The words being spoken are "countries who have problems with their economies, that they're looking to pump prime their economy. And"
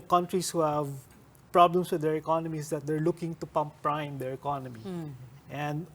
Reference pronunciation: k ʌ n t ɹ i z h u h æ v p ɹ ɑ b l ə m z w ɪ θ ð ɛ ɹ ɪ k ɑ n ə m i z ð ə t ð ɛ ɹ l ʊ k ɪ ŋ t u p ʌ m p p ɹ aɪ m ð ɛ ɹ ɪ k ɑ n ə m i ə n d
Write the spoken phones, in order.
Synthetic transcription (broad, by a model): k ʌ n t ɹ i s h u h æ v p ɹ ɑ b l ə m s w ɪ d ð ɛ ɹ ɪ k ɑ n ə m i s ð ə t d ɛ ɹ l ʊ k ɪ ŋ t u p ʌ m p p ɹ aɪ m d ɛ ɹ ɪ k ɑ n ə m i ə n d